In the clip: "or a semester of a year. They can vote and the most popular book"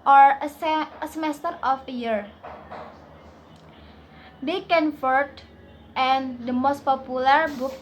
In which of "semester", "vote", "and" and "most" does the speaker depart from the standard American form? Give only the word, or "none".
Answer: vote